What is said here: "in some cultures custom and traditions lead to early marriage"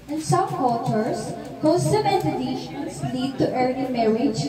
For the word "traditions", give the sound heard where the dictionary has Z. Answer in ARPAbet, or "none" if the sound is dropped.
S